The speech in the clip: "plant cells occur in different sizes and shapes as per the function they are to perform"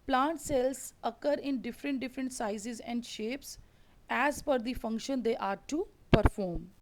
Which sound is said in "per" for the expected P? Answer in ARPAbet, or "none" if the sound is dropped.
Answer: F